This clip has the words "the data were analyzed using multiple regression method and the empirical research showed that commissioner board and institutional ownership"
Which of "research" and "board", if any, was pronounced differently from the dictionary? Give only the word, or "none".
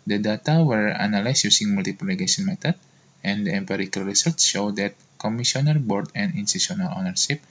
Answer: research